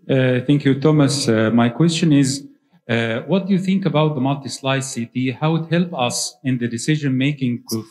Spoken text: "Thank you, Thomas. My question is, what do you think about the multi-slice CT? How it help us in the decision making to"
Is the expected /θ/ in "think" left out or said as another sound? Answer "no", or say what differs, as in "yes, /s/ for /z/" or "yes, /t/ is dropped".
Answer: no